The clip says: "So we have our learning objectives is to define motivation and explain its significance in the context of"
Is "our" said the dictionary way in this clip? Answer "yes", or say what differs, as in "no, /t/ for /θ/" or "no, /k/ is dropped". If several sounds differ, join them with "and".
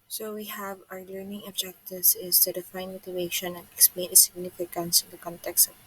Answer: yes